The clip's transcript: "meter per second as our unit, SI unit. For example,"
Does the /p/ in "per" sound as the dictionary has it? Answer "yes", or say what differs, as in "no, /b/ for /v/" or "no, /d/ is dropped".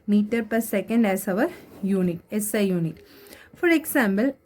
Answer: yes